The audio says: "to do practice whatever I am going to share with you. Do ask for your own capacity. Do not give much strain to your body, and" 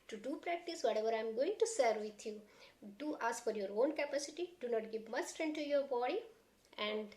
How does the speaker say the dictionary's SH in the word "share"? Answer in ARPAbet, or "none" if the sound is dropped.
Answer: S